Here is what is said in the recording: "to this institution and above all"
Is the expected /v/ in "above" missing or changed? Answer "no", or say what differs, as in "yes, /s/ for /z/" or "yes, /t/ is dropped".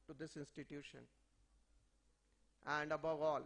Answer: no